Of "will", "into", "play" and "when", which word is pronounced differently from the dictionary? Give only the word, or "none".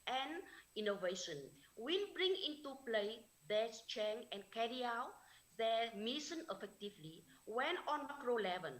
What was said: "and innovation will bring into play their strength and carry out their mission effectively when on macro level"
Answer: will